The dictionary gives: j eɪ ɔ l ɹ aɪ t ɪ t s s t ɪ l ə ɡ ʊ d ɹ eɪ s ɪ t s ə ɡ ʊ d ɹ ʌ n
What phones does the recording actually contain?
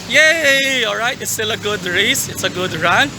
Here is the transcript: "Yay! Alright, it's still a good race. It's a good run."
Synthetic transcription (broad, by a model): j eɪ ɔ l ɹ aɪ t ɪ t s s t ɪ l ə ɡ ʊ d ɹ eɪ s ɪ t s ə ɡ ʊ d ɹ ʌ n